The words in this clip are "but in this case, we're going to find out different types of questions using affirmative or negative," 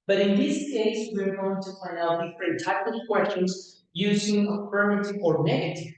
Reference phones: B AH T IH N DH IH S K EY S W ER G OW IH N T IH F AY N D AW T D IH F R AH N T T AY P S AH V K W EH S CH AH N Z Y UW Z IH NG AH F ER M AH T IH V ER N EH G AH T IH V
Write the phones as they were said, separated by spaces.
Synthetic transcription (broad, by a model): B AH T IH N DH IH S K EY S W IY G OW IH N T IH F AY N AW T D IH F R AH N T T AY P AH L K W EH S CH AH N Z Y UW Z IH NG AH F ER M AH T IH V ER N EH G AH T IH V